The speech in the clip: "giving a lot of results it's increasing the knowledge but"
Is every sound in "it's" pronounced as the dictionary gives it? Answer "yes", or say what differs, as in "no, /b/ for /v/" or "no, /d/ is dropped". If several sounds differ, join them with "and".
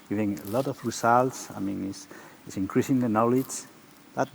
no, /s/ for /t/